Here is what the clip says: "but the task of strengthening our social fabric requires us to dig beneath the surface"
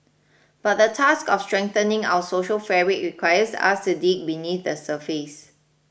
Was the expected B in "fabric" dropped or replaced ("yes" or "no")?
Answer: yes